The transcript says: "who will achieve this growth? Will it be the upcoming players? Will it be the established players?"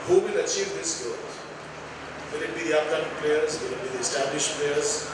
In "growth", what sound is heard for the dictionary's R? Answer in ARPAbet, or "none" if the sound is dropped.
none